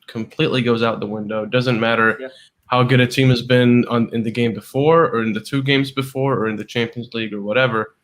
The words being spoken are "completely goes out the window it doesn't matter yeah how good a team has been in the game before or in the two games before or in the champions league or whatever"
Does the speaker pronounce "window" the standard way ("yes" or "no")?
yes